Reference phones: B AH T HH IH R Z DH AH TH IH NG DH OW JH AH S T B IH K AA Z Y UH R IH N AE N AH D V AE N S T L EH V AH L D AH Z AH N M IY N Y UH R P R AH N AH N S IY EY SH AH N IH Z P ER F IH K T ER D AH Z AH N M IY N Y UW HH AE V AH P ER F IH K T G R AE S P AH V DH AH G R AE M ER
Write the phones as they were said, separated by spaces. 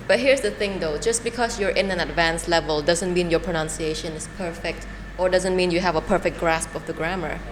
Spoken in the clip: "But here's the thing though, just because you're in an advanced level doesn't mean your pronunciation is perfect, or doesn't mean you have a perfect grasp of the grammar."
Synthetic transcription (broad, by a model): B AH T HH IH R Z DH AH TH IH NG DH OW JH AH S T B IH K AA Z Y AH R IH N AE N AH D V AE N S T L EH V AH L D AH Z AH N M IY N Y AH R P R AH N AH N S IY EY SH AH N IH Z P ER F IH K T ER D AH Z AH N M IY N Y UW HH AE V AH P ER F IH K G R AE S P AH V DH AH G R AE M ER